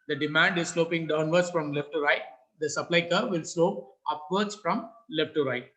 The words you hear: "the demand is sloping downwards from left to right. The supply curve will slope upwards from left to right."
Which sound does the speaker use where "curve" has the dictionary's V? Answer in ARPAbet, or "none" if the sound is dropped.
V